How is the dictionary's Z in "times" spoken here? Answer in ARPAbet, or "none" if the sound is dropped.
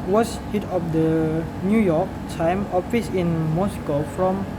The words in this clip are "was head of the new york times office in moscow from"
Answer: none